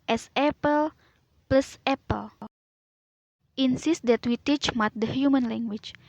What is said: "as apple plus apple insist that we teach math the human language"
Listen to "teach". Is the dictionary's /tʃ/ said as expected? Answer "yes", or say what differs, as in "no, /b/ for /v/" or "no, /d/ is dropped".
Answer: yes